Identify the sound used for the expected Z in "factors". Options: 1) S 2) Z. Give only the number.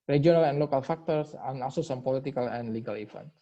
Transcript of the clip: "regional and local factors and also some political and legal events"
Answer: 1